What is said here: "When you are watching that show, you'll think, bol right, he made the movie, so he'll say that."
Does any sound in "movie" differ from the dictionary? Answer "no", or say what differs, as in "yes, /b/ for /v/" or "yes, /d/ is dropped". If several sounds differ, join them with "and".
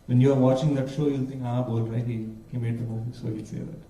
yes, /v/ is dropped